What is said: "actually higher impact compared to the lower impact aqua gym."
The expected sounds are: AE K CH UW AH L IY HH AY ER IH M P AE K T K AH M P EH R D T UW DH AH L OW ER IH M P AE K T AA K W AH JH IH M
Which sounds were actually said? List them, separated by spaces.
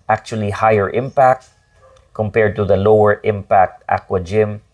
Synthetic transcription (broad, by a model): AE K CH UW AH L IY HH AY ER IH M P AE K T K AH M P EH R D T UW DH AH L OW ER IH M P AE K T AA K W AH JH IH M